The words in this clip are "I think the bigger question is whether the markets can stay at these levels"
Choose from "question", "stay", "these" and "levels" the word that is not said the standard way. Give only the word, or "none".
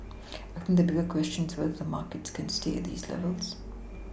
none